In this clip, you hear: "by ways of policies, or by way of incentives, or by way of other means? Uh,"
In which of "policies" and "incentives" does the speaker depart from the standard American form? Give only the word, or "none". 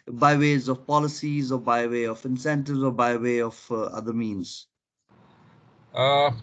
none